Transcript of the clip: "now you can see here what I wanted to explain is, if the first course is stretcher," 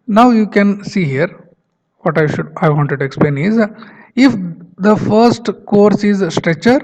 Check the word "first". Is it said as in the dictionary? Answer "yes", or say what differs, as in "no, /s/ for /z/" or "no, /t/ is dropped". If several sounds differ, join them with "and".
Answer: yes